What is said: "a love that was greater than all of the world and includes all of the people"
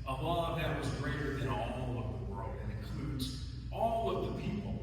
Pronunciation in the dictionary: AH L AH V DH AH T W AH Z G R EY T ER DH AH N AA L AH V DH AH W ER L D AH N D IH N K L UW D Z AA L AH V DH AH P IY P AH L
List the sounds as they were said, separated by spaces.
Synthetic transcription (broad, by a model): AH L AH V DH AH T W AH Z G R EY T ER DH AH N AA L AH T DH AH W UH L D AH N IH N K L UW D Z AA L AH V DH AH P IY P L